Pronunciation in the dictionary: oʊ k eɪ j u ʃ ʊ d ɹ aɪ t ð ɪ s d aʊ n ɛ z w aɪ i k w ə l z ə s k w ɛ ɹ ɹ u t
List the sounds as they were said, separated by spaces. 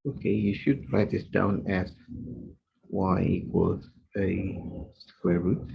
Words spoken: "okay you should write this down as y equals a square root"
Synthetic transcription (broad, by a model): oʊ k eɪ j u ʃ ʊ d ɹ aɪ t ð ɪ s d aʊ n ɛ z w aɪ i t w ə z ə s k w ɛ ɹ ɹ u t